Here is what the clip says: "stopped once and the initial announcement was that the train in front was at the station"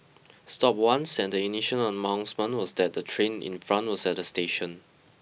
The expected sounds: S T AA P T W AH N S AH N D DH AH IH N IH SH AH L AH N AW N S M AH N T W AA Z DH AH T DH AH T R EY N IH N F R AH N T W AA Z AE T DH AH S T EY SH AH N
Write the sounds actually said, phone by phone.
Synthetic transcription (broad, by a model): S T AA P W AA N S AH N D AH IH N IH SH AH N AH N AW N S M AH N W AA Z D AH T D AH T R EY N IH N F R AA N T W AA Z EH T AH S T EY SH AH N